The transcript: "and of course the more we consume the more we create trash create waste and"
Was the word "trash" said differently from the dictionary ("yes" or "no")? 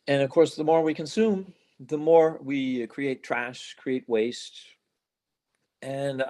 no